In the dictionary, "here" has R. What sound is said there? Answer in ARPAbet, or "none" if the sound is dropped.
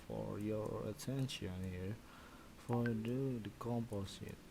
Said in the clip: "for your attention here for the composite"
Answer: R